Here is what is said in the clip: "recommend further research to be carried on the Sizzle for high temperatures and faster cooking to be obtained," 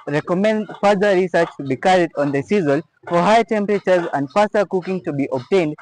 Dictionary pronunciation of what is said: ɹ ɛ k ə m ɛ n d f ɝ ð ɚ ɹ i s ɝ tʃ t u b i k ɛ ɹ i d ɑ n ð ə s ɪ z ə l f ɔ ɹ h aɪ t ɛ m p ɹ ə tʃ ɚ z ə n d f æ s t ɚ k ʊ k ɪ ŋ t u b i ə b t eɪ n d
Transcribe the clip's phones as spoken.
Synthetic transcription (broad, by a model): ɹ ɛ k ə m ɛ n d f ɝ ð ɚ ɹ i s ɝ tʃ t u b i k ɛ ɹ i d ɑ n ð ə s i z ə l f ɔ ɹ h aɪ t ɛ m p ɹ ə tʃ ɚ z ə n d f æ s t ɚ k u k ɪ ŋ t u b i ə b t eɪ n d